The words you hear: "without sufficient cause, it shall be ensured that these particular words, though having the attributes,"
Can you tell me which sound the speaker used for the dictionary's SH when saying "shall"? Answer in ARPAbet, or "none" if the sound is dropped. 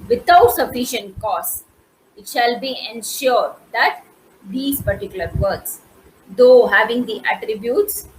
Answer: SH